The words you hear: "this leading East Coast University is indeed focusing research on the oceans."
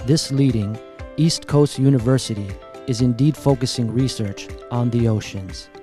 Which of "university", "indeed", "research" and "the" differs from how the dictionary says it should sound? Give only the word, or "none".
none